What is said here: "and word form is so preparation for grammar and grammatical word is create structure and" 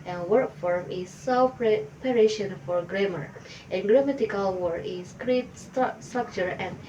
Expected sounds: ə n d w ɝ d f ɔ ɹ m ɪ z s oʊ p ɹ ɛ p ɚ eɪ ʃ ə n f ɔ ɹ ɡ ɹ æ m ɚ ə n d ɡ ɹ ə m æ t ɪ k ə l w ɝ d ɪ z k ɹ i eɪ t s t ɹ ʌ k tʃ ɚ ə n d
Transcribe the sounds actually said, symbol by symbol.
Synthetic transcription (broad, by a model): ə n w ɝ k f ɔ ɹ m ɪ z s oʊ p ɹ ɛ p ɚ eɪ ʃ ə n f ɔ ɹ ɡ ɹ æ m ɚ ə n ɡ ɹ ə m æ t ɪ k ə l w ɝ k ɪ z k ɹ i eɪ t s t ɹ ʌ k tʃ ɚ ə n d